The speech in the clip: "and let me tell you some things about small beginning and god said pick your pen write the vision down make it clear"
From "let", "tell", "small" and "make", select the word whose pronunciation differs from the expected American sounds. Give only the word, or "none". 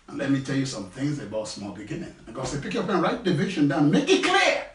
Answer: none